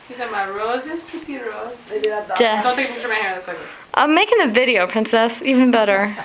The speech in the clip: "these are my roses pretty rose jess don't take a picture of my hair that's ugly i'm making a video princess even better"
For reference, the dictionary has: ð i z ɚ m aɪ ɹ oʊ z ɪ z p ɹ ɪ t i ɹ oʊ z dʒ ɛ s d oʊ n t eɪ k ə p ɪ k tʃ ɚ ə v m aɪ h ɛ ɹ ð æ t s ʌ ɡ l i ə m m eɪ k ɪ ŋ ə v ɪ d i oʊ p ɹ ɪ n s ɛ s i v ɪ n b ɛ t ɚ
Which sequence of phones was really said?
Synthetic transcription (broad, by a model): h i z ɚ m aɪ ɹ oʊ z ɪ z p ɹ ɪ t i ɹ oʊ z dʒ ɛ d oʊ n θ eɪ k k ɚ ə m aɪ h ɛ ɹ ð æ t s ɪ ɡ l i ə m m eɪ k ɪ ŋ ə v ɪ d i oʊ p ɹ ɪ n s ɛ s i v ɪ n b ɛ t ɚ